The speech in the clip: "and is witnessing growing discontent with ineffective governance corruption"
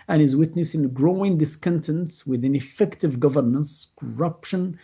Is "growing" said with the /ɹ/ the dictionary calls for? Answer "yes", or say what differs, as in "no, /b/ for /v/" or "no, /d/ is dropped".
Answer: yes